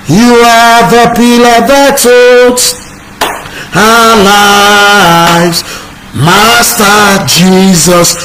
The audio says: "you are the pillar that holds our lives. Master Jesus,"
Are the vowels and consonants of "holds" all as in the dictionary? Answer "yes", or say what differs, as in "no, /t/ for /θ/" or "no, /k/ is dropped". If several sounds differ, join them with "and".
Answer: no, /l/ is dropped